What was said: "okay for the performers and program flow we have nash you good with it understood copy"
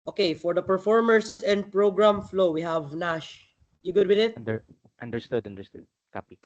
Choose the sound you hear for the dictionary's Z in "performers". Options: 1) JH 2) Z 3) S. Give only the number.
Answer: 3